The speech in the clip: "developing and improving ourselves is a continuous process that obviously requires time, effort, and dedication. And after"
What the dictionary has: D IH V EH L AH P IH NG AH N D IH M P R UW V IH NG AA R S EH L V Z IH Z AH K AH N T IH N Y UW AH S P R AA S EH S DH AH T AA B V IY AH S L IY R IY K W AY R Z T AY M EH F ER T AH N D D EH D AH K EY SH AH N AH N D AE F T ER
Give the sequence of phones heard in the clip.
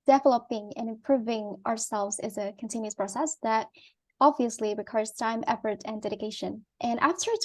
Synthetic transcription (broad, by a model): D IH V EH L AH P IH NG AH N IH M P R UW V IH NG AA R S EH L V Z IH Z AH K AH N T IH N Y UW AH S P R AA S EH S DH AH T AA B V IY AH S L IY R IY K W AY R Z T AY M EH F ER T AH N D D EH D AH K EY SH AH N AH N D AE F T ER